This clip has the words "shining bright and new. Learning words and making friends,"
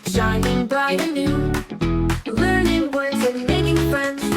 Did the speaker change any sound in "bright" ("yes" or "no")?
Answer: yes